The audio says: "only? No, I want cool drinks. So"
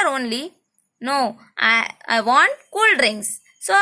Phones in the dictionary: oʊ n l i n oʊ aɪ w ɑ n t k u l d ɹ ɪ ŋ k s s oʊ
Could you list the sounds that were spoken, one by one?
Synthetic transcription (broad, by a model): oʊ n l i n oʊ aɪ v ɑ n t k u l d ɹ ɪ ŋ s s oʊ